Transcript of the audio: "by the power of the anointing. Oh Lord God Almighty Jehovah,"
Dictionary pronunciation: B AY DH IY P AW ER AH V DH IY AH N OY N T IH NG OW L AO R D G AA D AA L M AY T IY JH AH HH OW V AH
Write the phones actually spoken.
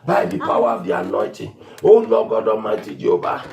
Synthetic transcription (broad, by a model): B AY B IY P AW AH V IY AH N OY T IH OW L AO G AA D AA M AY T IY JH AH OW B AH